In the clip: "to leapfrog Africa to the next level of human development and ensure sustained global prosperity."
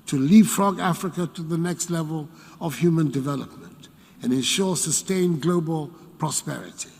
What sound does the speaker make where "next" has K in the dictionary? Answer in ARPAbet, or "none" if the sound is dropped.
K